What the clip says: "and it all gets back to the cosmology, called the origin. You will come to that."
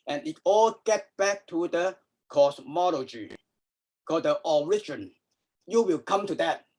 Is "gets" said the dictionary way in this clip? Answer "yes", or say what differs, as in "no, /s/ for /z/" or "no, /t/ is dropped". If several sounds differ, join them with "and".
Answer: no, /s/ is dropped